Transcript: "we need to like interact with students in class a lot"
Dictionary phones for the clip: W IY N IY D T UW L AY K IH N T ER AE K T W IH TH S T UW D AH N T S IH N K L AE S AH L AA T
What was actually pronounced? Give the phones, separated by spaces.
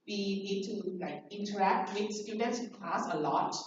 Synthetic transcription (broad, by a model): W IY N IY D T UW L AY K IH N T ER AE K T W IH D S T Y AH T IH N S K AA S AH L AA T